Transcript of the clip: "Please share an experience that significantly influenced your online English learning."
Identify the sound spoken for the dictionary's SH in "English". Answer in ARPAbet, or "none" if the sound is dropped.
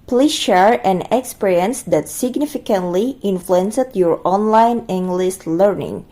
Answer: S